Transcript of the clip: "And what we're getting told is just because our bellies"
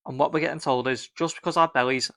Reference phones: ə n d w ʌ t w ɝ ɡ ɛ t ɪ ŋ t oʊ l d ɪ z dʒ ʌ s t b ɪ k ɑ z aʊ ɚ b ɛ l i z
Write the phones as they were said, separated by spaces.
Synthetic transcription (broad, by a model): ə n w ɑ t w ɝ ɡ ɛ t ɪ ŋ t oʊ l d ɪ z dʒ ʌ s b ɪ k ɑ z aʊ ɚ b ɛ l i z